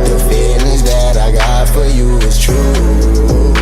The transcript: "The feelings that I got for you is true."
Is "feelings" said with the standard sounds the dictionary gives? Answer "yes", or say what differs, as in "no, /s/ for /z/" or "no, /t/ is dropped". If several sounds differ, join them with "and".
no, /ŋ/ is dropped